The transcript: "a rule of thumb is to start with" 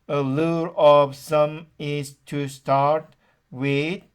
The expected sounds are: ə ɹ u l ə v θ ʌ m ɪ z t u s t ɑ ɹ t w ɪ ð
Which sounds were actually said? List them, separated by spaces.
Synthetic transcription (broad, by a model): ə l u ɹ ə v s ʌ m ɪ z t u s t ɑ ɹ t w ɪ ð